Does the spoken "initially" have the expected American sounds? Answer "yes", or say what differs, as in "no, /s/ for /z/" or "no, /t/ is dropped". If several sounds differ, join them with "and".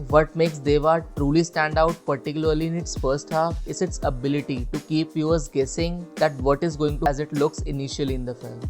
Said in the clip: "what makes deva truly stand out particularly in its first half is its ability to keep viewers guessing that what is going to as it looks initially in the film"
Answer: yes